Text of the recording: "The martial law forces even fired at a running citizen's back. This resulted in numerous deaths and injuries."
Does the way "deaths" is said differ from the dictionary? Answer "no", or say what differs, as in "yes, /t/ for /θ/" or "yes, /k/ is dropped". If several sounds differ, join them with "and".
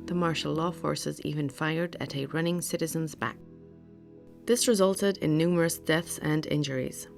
no